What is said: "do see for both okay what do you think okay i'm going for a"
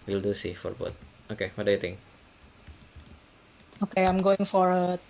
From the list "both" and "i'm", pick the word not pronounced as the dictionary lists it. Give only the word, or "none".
both